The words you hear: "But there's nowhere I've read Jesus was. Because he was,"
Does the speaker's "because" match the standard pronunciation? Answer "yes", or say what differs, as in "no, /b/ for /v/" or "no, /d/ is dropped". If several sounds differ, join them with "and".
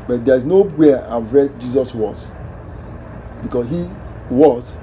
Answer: no, /s/ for /z/